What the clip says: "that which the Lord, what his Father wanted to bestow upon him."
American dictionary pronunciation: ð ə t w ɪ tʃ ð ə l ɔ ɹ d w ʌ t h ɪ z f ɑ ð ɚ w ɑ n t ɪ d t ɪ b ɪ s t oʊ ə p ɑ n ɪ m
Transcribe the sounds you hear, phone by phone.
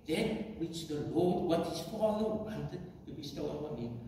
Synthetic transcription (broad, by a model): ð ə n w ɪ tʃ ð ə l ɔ l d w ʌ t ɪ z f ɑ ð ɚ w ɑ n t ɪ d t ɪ b ɪ s t oʊ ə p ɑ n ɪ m